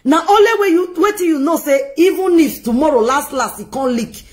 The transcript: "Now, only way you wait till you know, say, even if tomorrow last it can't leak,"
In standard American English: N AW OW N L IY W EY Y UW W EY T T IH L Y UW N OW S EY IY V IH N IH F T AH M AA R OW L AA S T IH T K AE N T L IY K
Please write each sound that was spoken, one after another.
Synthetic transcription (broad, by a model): N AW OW L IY W EY Y UW W EY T T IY Y UW N OW S EY IY V IH N IH F T AH M AA R OW L AA S T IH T K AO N L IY K